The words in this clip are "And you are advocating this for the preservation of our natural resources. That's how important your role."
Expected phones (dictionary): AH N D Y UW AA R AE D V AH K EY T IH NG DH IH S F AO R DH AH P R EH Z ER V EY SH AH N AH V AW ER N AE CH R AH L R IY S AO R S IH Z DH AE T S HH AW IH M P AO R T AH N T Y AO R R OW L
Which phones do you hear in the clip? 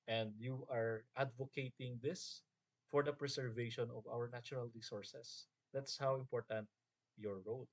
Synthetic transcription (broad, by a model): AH N D Y UW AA R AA D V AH K EY T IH NG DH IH S F AO R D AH P R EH S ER V EY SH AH N AH V AW ER N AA CH R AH L R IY S AO R S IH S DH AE T S HH AW IH M P AO R T AH N T Y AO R R OW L